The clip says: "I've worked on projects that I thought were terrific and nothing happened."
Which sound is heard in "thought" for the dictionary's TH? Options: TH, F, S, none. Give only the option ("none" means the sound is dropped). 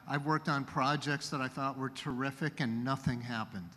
TH